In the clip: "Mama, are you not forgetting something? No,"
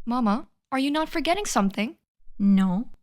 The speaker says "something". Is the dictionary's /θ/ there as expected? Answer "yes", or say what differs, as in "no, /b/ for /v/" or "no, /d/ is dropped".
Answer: yes